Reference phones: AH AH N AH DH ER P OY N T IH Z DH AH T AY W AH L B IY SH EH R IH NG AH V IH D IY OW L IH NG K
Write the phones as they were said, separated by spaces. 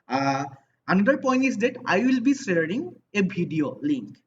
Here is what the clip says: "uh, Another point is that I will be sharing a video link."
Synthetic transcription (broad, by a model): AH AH N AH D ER P OY N T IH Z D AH T AY W AH L B IY S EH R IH NG AH B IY D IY OW L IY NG K